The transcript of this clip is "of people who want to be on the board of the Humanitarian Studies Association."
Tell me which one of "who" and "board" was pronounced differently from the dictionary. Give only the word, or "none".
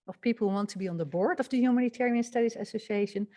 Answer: none